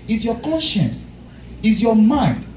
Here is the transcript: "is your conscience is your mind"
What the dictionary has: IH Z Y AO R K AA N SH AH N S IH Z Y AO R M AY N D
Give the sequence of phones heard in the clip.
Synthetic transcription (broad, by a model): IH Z Y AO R K AA N SH AH N S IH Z Y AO M AY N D